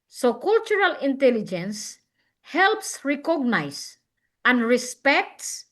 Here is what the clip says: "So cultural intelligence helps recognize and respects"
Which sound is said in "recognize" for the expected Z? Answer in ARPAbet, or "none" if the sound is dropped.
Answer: S